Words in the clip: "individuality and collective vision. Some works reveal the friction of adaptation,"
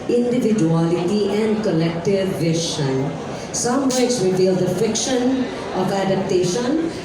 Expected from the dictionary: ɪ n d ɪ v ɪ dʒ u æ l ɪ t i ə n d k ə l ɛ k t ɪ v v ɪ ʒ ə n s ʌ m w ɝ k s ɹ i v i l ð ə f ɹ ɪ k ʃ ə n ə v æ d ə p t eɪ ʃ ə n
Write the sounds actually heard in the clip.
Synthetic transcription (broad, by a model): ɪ n d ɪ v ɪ dʒ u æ l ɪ t i ə n d k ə l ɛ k t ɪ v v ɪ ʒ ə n s ʌ m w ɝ s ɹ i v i l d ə f ɪ k ʃ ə n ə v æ d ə p t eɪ ʃ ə n